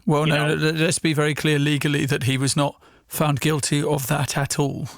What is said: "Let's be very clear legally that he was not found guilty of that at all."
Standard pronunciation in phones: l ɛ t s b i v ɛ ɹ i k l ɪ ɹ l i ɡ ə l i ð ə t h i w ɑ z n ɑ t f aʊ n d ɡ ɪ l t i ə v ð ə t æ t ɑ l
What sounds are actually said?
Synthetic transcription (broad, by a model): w ɛ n s b i v ɛ ɹ i k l ɪ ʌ l i ɡ ə l i ð ə t h i w ɑ z n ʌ t f aʊ n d ɡ ɪ l t i ə v ð ə t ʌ t ɑ l